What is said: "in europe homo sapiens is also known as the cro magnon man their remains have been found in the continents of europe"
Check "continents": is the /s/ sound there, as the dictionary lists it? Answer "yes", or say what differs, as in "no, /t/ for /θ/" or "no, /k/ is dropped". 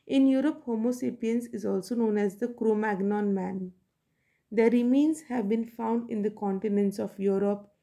yes